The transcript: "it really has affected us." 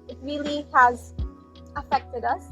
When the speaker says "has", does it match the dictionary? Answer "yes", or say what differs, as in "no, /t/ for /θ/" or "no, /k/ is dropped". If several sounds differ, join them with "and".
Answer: yes